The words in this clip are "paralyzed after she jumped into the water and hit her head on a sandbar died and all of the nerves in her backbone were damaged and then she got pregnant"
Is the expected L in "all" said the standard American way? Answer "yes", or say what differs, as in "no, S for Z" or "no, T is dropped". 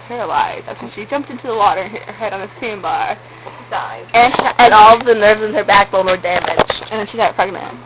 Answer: no, N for L